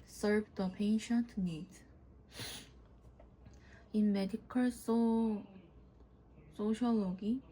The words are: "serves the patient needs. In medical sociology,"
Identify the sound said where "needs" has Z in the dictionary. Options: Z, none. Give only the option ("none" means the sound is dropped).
none